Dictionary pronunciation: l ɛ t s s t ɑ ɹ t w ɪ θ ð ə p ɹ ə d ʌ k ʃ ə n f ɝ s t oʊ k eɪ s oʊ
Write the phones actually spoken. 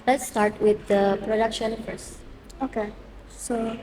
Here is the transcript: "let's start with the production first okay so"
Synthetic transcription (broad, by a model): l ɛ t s s t ɑ ɹ t w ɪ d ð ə p ɹ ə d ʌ k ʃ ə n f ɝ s oʊ k eɪ s oʊ